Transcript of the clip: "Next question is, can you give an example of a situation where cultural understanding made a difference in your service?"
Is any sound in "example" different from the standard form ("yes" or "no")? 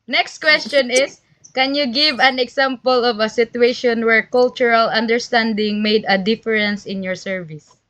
yes